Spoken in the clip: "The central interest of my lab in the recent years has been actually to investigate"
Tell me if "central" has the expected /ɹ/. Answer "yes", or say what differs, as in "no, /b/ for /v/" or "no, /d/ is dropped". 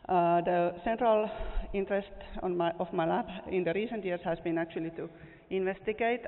yes